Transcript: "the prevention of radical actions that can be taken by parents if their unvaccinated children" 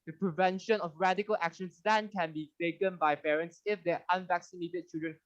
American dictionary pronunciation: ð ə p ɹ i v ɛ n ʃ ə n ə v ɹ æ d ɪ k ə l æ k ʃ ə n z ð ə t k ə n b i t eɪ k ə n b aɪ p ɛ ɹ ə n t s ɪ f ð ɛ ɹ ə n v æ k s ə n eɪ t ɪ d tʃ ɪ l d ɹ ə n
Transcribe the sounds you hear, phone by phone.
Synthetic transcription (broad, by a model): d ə p ɹ i v ɛ n ʃ ə n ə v ɹ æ d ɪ k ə l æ k ʃ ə n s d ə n k ə n b i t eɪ k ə n b aɪ p ɛ ɹ ə n t s ɪ f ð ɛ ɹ ə n v æ k s ə n eɪ t ɪ d tʃ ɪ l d ɹ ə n